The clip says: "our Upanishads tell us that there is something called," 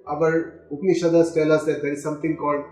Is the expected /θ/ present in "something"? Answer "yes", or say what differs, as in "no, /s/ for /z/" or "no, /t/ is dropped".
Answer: no, /t/ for /θ/